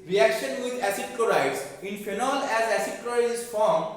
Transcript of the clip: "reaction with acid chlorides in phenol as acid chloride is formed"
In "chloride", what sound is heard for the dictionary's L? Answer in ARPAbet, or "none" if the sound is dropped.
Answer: none